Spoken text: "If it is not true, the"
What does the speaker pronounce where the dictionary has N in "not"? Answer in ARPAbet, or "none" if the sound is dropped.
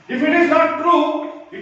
L